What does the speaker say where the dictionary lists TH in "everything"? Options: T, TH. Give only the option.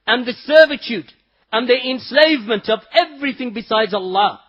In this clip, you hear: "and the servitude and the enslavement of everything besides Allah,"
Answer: TH